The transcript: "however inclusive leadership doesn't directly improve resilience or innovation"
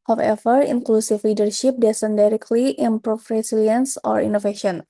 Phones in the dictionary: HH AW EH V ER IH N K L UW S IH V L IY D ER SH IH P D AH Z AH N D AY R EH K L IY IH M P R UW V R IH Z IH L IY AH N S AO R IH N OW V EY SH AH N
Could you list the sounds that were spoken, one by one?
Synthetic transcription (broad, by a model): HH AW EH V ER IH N K L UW S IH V L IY D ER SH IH P D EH S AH N D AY R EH K L IY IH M P R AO F R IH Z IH L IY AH N S AO R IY N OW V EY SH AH N